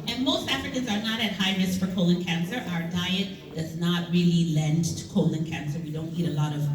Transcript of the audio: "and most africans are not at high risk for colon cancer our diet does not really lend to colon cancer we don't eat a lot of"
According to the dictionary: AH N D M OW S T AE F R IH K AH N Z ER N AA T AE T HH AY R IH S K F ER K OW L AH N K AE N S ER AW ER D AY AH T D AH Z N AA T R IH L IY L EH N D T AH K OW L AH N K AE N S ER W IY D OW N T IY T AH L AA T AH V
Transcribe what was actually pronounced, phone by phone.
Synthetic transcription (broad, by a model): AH N M OW S T AE F R IH K AH N Z ER N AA T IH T HH AY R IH S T F ER K OW L AH N K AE N S ER AW ER D AY AH T D AH Z N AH T R IH L IY L EH N T AH K OW L AH N K AE N S ER W IY D OW N T IY T AH L AA T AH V